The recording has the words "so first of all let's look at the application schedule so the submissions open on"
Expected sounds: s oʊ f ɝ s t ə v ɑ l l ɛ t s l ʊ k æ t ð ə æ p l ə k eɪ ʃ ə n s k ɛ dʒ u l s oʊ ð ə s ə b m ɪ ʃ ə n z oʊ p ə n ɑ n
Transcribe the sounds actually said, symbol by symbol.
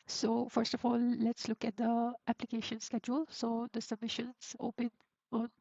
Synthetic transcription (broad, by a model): s oʊ f ɝ s t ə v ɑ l l ɛ t s l ʊ k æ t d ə æ p l ə k eɪ ʃ ə n s k ɛ dʒ u l s oʊ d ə s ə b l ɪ ʃ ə n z oʊ p ə n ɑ n